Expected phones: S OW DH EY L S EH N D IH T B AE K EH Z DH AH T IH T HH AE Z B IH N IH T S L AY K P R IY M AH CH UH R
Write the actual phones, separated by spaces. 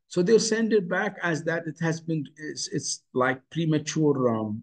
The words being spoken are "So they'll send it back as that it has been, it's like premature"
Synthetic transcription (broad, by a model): S OW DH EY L S EH N D IH T B AE K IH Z DH AH T IH T HH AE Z B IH N IH T S L AY K P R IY M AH CH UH R